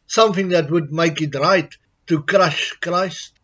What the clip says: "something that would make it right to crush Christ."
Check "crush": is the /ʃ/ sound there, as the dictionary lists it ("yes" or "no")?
yes